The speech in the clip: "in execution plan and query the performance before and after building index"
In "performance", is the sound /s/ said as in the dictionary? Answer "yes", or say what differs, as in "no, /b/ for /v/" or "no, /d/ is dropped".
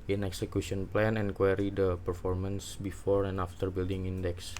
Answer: yes